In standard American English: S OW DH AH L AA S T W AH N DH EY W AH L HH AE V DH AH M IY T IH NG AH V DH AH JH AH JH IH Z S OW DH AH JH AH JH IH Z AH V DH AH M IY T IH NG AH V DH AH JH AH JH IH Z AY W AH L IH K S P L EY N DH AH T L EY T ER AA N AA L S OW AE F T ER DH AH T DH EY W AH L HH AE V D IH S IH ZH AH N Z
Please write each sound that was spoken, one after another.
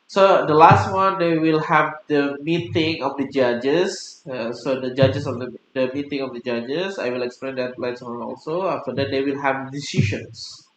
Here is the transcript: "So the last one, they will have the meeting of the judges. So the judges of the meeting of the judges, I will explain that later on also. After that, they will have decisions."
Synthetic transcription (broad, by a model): S OW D AH L AA S T W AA N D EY W AH L HH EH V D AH M IY T IH NG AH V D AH JH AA JH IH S S OW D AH JH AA JH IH S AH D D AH M IY T IH NG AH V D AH JH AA JH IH S AY W AH L IH K S P L EY N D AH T L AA S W AA N AA L S OW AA F T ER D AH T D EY W AH L HH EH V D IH S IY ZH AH N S